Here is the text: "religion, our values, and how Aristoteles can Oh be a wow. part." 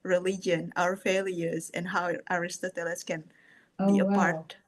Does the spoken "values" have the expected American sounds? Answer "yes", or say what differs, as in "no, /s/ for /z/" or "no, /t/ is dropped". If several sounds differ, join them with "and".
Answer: no, /f/ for /v/